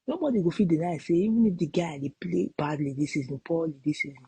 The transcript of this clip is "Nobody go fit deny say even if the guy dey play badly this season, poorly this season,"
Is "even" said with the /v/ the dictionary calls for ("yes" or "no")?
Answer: yes